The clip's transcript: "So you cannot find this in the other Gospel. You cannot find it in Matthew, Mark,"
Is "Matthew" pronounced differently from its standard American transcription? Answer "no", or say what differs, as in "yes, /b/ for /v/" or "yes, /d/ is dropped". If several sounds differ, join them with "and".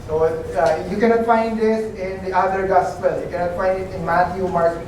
yes, /t/ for /θ/